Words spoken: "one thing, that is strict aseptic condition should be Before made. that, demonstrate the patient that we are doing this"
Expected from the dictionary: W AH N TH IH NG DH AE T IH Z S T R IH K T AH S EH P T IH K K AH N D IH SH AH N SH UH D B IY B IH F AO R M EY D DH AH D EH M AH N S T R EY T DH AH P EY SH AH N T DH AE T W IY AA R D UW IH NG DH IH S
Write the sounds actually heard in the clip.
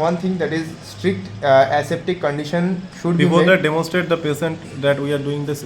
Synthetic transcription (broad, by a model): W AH N T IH NG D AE T IH Z S T R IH K T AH S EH P T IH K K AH N D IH SH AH N SH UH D B IY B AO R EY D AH D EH M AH N S T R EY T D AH P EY S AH N T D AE T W IY AA R D UW IH NG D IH S